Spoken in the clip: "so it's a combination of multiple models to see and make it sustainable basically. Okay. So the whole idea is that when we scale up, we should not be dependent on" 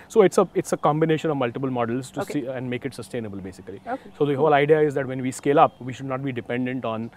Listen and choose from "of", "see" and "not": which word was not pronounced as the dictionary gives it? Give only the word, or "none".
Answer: none